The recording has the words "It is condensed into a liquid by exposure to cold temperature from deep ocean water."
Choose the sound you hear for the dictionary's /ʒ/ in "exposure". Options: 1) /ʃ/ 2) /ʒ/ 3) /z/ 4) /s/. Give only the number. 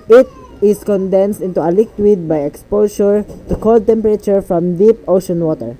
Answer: 1